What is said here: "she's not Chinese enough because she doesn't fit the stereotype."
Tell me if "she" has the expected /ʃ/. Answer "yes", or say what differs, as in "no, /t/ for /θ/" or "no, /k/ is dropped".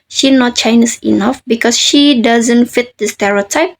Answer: yes